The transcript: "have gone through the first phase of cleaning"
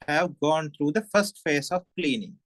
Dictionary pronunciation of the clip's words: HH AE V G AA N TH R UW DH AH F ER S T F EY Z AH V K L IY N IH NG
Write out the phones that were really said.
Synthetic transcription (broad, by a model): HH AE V G AA N T R UW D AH F ER S T F EY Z AH V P L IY N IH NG